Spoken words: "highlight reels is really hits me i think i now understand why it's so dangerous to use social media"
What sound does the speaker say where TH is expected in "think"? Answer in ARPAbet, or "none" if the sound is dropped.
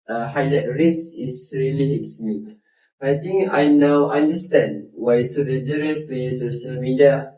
T